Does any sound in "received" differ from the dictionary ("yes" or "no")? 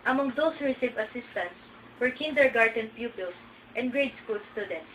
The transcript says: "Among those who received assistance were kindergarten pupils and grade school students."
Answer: yes